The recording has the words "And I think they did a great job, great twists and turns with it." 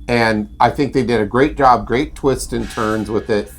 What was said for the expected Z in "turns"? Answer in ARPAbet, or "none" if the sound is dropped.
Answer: Z